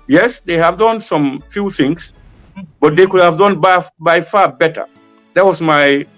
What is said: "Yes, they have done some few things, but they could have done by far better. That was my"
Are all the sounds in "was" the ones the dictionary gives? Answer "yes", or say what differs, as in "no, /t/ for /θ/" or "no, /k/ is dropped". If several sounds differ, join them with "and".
no, /s/ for /z/